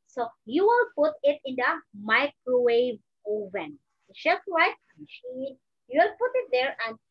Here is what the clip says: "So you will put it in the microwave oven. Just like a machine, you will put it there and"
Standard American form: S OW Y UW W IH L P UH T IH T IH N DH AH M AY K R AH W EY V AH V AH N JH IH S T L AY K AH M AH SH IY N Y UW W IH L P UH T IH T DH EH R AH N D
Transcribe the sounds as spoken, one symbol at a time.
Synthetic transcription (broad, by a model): S OW Y UW W IH L P UH T IH T IH N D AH M AY K R AH W EY V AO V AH N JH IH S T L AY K M AH SH IY N Y UW W IH L P UH T IH T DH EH R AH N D